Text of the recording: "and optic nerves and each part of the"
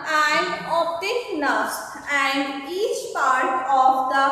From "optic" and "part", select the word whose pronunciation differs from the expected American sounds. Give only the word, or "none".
optic